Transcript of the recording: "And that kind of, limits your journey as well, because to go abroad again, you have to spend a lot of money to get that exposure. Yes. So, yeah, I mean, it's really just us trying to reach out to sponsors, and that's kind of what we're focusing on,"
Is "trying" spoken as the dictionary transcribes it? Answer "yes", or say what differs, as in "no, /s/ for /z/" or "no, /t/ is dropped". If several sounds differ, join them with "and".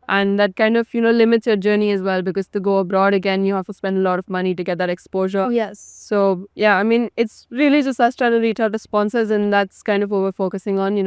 no, /ɹ/ is dropped